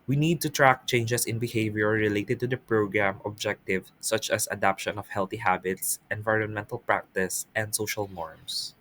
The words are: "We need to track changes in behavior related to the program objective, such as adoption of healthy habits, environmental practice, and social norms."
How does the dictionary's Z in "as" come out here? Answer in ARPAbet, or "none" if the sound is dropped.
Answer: S